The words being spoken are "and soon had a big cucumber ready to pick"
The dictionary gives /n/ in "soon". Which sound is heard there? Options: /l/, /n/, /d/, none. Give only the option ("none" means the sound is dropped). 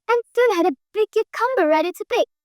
/l/